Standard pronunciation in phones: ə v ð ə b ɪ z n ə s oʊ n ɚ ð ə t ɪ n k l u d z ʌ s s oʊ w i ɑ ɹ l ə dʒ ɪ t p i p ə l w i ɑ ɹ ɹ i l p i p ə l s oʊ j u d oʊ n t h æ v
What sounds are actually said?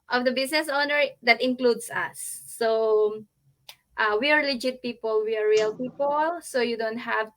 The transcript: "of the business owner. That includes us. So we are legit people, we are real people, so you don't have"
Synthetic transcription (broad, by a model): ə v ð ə b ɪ s n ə s oʊ n ɚ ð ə t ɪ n k l u d s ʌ s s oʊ w i ɑ ɹ l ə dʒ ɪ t p i p ə l w i ɑ ɹ ɹ i l p i p ə l s oʊ j u d oʊ n t h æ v